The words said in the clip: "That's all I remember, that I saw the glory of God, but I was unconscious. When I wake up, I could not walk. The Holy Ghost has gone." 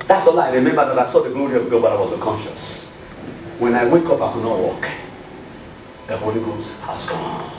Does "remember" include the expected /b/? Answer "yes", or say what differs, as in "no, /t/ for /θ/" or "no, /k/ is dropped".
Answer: no, /b/ is dropped